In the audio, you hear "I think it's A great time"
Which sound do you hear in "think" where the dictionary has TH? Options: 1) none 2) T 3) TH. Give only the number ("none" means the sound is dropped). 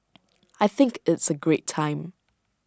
3